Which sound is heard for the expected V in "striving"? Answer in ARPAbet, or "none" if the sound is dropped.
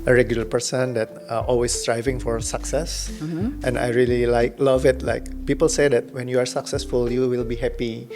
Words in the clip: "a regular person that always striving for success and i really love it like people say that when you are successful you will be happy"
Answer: V